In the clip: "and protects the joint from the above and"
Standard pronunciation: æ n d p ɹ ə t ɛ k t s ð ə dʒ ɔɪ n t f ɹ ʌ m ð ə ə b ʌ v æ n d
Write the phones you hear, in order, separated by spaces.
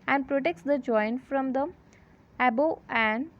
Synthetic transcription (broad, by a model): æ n d p ɹ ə t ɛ k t s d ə dʒ ɔɪ n t f ɹ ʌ m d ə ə b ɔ æ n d